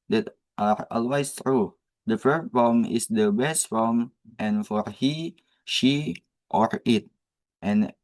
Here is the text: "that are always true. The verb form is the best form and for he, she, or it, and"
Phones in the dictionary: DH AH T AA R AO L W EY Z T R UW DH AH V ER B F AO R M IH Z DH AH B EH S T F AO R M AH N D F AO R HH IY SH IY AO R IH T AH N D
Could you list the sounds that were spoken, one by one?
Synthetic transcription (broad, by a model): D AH T AA R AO L W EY S T R UW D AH F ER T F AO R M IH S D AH B EH S T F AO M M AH N F AO R HH IY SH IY AO R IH T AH N